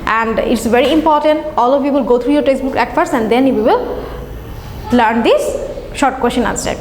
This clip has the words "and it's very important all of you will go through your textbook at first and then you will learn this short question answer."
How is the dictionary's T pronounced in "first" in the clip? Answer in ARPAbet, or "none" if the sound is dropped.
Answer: none